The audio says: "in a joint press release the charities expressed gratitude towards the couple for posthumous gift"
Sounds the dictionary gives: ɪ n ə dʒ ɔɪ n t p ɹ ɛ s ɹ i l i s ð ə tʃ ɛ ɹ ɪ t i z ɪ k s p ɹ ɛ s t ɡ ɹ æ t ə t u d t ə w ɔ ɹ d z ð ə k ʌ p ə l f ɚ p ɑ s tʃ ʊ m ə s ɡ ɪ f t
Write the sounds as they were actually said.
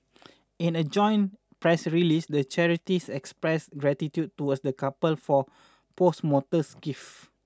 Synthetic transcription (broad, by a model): ɪ n ə dʒ ɔɪ n p ɹ ɛ s ɹ i l i s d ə tʃ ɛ ɹ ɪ t i s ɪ k s p ɹ ɛ s ɡ ɹ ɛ t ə t u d t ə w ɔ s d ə k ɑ p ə l f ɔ p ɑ s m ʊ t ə s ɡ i f